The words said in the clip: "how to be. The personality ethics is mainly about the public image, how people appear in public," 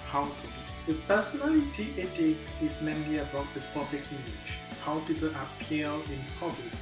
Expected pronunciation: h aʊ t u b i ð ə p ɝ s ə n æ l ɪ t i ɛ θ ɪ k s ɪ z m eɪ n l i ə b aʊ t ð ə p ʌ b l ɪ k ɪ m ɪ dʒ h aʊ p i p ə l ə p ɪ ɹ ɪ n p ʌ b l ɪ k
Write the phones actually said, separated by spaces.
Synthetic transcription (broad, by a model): h aʊ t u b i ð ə p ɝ s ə n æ l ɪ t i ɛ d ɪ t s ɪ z m eɪ n l i ə b aʊ t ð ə p ʌ b l ɪ k ɪ m ɪ dʒ h aʊ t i b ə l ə p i l ɪ n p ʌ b l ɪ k